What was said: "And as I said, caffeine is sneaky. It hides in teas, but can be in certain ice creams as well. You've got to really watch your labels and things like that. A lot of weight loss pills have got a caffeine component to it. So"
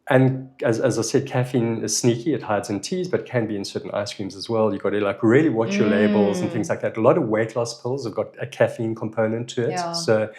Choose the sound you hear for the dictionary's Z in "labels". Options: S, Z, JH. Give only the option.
Z